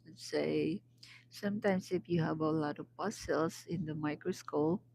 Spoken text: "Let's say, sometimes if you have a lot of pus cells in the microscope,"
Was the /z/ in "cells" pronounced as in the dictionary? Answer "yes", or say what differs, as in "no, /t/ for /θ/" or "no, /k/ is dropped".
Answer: no, /s/ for /z/